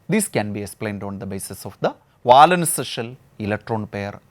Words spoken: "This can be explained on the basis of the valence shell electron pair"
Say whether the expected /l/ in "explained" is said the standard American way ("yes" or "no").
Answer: yes